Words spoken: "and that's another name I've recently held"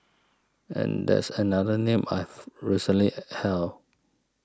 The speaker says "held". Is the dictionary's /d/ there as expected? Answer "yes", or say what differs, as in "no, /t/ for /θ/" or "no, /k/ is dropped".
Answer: no, /d/ is dropped